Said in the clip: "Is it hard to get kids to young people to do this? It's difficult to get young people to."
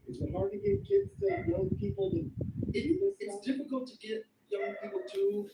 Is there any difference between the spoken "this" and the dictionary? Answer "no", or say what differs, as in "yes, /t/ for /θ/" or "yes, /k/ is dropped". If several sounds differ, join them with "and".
yes, /s/ is dropped